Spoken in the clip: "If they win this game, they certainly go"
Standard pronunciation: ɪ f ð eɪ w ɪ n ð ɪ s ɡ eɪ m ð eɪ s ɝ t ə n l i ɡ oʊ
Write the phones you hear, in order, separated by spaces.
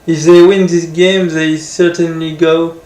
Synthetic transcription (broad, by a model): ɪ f ð eɪ w ɪ n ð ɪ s ɡ eɪ m ð eɪ s ɝ t ə n l i ɡ oʊ